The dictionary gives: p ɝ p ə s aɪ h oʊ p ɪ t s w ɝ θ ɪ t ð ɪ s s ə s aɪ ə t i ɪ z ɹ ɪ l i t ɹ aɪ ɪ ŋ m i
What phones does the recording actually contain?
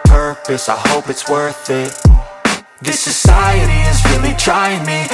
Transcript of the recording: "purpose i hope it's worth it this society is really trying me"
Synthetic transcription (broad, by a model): p ɝ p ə s aɪ h oʊ p ɪ t s w ɝ θ ɪ t ð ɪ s s ə s aɪ ə t i ɪ z ɹ ɪ l i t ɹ aɪ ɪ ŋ m i